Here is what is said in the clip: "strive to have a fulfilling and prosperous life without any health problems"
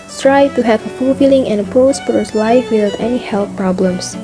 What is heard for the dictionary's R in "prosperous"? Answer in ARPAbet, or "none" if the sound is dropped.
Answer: none